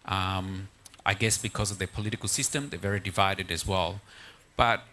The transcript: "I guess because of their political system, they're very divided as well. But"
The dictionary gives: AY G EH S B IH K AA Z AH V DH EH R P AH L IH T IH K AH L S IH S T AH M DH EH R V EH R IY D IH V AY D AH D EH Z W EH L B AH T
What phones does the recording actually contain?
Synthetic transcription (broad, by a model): AY G EH S B IH K AA Z AH V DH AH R P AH L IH T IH K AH L S IH S T AH M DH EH R V EH R IY D IH V AY D AH D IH Z W EH L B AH T